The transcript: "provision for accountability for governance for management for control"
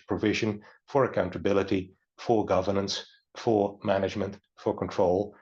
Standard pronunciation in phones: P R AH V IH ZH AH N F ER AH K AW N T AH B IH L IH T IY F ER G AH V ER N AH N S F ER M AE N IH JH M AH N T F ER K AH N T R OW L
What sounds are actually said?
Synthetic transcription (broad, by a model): P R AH V IH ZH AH N F ER AH K AW N T AH B IH L IH T IY F ER G AH V ER N AH N S F ER M AE N IH JH M AH N T F ER K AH N T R OW L